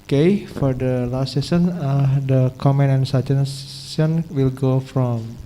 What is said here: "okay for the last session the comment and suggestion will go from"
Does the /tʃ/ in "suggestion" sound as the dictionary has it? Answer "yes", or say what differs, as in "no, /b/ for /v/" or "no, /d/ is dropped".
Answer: no, /s/ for /tʃ/